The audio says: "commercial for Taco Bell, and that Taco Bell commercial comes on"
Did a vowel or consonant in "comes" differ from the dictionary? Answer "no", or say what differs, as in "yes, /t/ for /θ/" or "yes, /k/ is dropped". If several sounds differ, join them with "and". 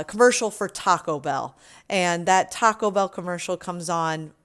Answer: no